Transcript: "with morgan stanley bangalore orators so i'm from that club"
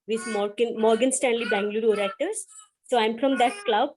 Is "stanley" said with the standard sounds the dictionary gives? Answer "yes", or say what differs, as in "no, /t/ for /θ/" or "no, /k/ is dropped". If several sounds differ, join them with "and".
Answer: yes